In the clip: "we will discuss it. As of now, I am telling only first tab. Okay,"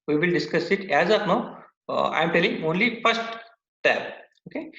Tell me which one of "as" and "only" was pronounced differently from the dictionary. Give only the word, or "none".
none